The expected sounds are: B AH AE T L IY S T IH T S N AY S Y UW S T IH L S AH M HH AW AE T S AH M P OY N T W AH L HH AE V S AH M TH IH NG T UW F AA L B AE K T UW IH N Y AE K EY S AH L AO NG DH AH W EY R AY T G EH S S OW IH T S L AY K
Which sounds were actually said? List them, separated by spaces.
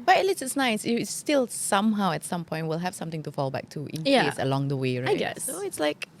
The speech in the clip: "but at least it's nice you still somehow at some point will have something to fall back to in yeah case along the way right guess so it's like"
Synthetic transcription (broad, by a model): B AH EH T L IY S IH T S N AY S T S T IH L S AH M HH AW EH T S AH M P OY N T W AH L HH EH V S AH M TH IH NG T UW F AA L B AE K T UW IH N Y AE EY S AH L AO NG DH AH W EY R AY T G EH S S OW IH T S L AY K